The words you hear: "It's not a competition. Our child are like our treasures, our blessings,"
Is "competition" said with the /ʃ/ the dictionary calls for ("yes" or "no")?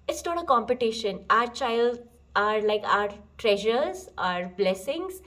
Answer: yes